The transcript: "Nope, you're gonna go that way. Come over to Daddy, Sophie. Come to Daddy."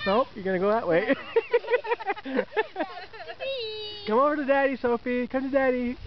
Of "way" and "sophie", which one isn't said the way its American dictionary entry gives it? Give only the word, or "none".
none